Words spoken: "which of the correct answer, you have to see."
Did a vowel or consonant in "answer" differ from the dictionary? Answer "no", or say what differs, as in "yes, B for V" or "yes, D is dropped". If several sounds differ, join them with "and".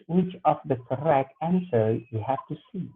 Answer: no